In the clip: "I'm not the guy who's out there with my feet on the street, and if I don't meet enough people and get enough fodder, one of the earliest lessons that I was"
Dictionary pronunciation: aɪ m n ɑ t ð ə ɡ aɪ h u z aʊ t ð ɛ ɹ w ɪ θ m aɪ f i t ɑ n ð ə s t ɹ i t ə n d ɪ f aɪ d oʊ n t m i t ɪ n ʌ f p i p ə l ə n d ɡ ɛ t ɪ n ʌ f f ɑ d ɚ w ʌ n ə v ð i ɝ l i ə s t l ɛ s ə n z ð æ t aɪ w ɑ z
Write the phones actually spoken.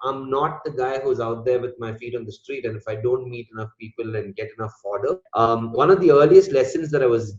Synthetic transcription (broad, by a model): aɪ m n ɑ t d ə ɡ aɪ h u z aʊ t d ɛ ɹ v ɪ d m aɪ f i t ɑ n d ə s t ɹ i t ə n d ɪ f aɪ d oʊ n t m i t ɪ n ʌ f p i p ə l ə n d ɡ ɛ t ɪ n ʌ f f ɑ d ɚ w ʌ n ə v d i ɝ l i ə s t l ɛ s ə n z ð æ t aɪ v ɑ z